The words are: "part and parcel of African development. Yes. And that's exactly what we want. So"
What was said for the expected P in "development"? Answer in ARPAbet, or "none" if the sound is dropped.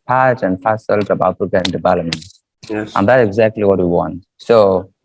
none